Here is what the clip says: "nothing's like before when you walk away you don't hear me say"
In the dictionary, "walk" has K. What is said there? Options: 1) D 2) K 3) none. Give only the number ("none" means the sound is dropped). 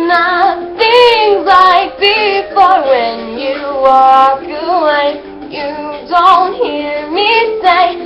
3